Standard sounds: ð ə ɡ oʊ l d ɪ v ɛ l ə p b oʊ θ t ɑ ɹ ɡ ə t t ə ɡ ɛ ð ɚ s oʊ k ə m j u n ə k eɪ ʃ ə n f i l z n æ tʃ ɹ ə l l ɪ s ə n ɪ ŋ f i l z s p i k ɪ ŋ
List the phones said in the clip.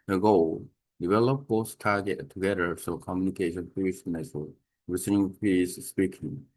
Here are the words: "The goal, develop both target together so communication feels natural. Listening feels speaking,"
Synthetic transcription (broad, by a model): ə ɡ oʊ l d ɪ v ɛ l ə p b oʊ s t ɑ ɹ ɡ ə t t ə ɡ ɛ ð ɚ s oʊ k ə m j u n ə k eɪ ʃ ə n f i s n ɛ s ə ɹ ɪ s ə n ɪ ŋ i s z s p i k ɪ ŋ